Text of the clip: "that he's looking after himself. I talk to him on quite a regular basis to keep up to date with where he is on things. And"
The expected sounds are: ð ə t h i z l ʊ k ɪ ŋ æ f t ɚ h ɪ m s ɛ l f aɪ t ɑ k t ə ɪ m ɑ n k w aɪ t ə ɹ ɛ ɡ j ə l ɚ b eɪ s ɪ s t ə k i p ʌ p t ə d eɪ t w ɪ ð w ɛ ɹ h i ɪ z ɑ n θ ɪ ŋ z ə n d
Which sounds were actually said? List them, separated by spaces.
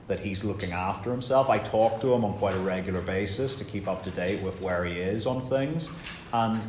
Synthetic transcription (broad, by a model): ð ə t h i z l ʊ k ɪ ŋ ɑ f t ɚ h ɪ m s ɛ l f aɪ t ɑ k t ə ɪ m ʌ n k w aɪ t ə ɹ ɛ ɡ j l ɚ b eɪ s ɪ s t ə k i p ʌ p t ə d eɪ t w ɪ ð w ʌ ɹ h i ɪ z n θ ɪ ŋ z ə n